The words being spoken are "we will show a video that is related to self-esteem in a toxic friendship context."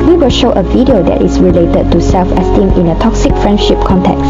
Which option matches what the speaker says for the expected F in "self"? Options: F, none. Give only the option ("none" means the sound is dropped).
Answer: F